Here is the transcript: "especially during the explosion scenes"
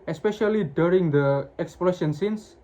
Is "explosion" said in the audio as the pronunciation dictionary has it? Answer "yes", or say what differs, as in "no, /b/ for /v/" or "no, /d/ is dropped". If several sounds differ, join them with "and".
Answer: no, /ʃ/ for /ʒ/